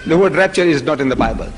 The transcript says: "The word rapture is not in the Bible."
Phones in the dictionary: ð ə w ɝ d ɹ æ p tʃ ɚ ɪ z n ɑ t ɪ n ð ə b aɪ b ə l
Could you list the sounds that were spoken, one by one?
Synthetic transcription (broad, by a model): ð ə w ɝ d ɹ æ p tʃ ɚ ɪ z n ɑ t ɪ n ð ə b aɪ b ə l